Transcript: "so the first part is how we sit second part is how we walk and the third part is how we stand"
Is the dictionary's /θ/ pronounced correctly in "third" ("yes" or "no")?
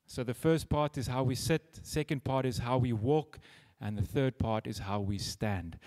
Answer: yes